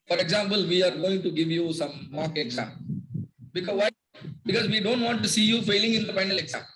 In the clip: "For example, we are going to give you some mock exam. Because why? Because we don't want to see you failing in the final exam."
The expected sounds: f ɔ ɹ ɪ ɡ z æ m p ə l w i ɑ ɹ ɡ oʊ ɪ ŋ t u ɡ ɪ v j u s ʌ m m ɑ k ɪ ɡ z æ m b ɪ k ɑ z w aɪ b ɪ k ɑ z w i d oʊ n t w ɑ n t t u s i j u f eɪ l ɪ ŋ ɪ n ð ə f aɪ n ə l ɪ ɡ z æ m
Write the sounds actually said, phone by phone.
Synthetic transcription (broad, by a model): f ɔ ɹ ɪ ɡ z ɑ m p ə l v i ɑ ɹ ɡ oʊ ɪ ŋ t u ɡ ɪ v j u s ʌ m m ɑ k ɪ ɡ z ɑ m b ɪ k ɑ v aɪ b ɪ k ɑ z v i d oʊ n t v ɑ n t t u s i j u f eɪ l ɪ ŋ ɪ n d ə p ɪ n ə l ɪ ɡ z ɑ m